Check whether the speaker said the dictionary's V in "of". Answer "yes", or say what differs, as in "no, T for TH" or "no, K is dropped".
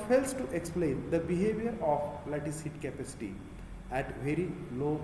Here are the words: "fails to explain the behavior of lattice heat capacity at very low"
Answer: no, P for V